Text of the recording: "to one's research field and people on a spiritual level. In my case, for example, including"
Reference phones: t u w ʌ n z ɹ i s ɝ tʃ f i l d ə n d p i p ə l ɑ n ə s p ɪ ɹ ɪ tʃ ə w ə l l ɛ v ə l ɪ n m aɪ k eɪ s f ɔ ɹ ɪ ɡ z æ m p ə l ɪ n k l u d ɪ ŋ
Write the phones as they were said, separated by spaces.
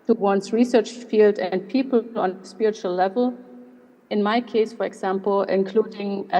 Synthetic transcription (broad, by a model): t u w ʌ n s ɹ i s ɝ tʃ f i l d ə n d p i p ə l ɑ n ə s p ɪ ɹ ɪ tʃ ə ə l l ɛ v ə l ɪ n m aɪ k eɪ s f ɔ ɹ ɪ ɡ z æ m p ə l ɪ n k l u d ɪ ŋ